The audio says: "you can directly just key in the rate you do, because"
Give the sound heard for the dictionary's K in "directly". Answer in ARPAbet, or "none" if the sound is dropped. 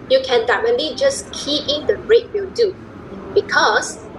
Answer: none